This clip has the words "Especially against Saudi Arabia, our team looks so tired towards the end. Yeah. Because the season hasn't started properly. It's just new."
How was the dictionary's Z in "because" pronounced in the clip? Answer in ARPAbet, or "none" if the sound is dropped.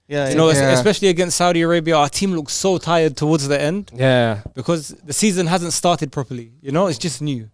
Z